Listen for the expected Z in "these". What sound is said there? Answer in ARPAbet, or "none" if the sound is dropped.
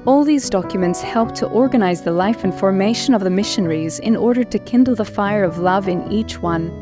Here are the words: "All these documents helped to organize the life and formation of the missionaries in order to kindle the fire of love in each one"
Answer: Z